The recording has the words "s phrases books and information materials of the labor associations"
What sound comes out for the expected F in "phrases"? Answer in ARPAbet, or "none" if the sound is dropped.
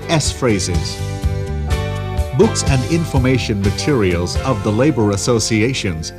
F